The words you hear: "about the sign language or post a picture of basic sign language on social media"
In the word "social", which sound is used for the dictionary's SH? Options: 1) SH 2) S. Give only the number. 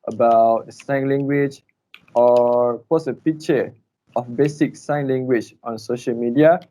1